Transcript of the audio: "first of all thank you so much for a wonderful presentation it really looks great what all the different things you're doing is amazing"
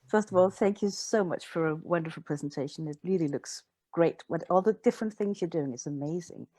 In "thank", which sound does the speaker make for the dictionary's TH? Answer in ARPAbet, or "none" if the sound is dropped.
TH